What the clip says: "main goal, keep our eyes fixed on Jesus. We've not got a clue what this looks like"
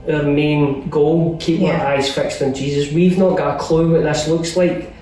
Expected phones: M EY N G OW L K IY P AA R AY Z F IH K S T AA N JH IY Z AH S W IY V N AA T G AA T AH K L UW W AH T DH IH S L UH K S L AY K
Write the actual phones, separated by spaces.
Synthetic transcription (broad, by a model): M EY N G OW L K IY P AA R AY Z F IH K S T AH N JH IY Z AH S W IY V N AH T G AA T AH K L UW W AH T DH IH S L UH K S L AY K